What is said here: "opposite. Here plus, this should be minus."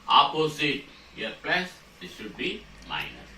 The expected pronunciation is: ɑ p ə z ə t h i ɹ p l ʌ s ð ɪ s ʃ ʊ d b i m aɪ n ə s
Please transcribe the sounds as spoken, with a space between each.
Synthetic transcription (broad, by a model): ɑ p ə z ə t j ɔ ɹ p ɛ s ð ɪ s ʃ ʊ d b i m aɪ n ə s